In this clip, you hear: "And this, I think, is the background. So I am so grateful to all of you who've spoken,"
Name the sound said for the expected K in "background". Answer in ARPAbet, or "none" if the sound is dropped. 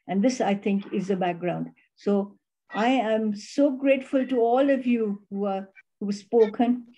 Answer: K